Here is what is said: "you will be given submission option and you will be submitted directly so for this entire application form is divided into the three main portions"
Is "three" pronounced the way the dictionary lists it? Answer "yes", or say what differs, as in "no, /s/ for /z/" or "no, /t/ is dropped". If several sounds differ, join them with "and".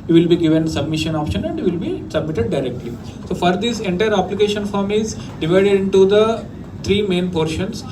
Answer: no, /t/ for /θ/